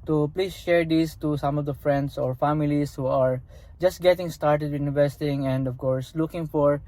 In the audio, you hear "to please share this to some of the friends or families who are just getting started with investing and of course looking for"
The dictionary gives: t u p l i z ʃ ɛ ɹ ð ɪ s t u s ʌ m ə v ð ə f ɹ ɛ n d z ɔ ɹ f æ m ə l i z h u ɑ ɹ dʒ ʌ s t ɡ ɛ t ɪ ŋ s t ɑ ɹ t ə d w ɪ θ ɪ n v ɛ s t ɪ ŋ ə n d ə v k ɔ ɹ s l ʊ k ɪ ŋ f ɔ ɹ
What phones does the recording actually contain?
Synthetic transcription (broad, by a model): t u p l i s ʃ ɛ ɹ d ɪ s t u s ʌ m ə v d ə f ɹ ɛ n d s ɔ ɹ f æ m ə l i s h u ɑ ɹ dʒ ʌ s t ɡ ɛ t ɪ ŋ s t ɑ ɹ t ə d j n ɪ v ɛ s t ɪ ŋ ə n d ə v k ɔ ɹ s l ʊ k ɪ ŋ f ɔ ɹ